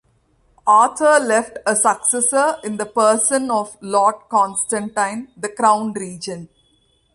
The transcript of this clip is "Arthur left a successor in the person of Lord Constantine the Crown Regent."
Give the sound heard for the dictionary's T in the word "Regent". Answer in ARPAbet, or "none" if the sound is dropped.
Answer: none